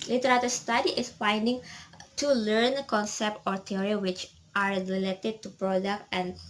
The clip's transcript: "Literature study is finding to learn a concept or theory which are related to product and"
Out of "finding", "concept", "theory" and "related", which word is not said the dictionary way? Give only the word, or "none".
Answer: theory